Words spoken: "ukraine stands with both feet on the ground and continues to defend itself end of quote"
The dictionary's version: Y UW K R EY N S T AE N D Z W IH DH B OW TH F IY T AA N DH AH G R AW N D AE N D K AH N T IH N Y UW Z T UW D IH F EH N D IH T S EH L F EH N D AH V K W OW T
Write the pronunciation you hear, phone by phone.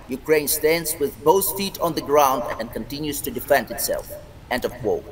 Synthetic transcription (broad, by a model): Y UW K R EY N S T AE N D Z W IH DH B OW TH F IY T AA N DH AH G R AW N D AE N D K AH N T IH N Y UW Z T UW D IH F EH N D IH T S EH L F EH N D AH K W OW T